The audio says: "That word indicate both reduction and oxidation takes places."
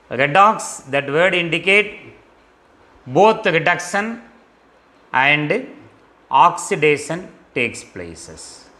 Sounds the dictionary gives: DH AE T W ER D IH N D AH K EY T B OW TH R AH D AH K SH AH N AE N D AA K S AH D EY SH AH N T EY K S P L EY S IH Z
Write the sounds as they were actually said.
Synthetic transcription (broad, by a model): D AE T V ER D IH N D AH K EY T B OW T R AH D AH K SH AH N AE N D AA K S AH D EY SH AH N T EY K S P L EY S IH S